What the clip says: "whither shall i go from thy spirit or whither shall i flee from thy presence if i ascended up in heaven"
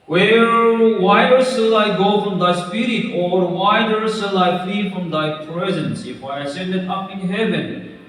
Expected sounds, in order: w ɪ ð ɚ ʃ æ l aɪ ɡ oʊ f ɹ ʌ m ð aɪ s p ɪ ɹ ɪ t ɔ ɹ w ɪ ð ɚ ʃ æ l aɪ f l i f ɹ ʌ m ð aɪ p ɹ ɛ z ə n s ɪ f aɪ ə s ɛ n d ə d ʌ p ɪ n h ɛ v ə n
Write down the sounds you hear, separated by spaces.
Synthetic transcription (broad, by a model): w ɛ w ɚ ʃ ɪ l aɪ ɡ oʊ f ɹ ʌ m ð aɪ s p ɪ ɹ ɪ t ɔ ɹ w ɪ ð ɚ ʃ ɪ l aɪ f l i f ɹ ʌ m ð aɪ p ɹ ɛ z ə n s ɪ f aɪ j s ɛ n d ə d ʌ p ɪ n h ɛ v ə n